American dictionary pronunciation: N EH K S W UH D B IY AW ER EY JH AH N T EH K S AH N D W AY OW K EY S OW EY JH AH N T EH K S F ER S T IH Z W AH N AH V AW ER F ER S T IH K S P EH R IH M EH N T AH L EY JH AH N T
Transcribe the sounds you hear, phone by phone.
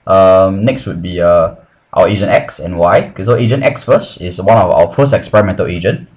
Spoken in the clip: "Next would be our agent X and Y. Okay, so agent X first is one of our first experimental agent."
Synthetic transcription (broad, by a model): N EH K S W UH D B IY AW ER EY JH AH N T EH K S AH N W AY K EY S OW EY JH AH N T EH K S F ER S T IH S W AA N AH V AW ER F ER S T IH K S P EH R IH M EH N T AH L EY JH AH N